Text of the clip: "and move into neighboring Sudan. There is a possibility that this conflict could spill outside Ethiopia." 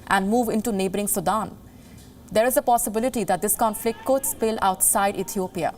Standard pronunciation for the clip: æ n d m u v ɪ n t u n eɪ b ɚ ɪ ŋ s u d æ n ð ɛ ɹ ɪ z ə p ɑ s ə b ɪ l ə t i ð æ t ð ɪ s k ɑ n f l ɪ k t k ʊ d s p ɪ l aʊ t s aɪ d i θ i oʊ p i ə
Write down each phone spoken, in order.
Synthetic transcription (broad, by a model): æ n d m u v ɪ n t u n eɪ b ɚ ɪ ŋ s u d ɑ n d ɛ ɹ ɪ z ə p ɑ s ə b ɪ l ə t i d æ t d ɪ s k ɑ n f l ɪ k t k ʊ d s p ɪ l aʊ t s aɪ d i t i oʊ p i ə